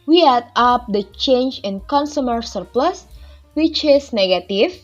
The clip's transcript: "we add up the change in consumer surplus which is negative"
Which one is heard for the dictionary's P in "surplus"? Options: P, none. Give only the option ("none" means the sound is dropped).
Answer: P